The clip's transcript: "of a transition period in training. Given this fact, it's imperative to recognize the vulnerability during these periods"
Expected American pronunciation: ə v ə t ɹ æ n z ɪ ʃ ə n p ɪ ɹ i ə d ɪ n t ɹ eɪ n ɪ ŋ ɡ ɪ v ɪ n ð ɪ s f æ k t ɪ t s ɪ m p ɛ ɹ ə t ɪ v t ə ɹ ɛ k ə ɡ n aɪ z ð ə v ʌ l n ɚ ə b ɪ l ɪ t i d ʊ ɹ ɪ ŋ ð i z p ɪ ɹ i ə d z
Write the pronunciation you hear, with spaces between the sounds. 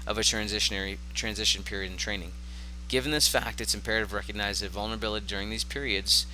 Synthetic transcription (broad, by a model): ə v ə t ɹ æ n z ɪ ʃ ə n p ɪ ɹ i ə d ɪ n t ɹ eɪ n ɪ ŋ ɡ ɪ v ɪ n ð ɪ s f æ k t ɪ t s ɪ m p ɛ ɹ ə t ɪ v ɹ ɛ k ə ɡ n aɪ z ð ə v ʌ l n ɚ ə b ɪ l ɪ t i d ʊ ɹ ɪ ŋ ð i z p ɪ ɹ i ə d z